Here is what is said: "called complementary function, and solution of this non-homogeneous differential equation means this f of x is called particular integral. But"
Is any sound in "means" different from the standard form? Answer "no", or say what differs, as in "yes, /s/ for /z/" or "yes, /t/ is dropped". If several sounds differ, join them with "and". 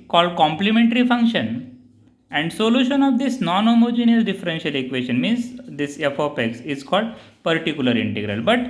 no